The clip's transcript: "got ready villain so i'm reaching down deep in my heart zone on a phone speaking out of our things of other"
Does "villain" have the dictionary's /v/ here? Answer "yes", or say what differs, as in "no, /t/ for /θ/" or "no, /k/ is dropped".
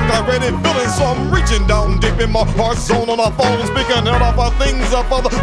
no, /f/ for /v/